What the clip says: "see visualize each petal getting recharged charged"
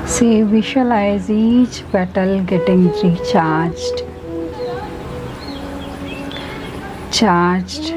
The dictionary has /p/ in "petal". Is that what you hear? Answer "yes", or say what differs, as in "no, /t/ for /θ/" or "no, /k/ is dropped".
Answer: no, /b/ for /p/